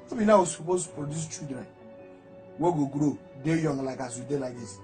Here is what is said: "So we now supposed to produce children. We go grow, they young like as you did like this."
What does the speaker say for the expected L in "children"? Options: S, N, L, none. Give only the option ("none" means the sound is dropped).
none